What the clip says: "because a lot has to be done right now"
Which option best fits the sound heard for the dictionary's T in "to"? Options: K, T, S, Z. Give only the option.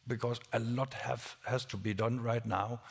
T